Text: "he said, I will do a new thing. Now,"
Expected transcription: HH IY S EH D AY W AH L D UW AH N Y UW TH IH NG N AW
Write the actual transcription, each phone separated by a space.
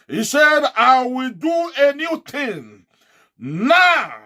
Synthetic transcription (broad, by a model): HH IY S EH D AY W AH L D UW AH N Y UW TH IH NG N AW